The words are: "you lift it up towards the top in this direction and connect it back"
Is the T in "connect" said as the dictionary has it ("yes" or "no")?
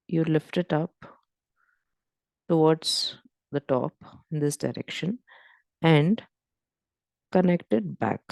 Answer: yes